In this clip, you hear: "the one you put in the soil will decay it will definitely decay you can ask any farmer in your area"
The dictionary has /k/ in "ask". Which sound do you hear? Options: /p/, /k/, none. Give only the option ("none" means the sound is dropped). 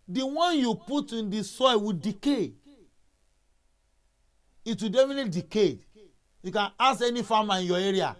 none